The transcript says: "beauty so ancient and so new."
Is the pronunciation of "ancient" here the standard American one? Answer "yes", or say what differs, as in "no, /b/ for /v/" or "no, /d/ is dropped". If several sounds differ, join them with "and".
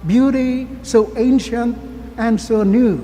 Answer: yes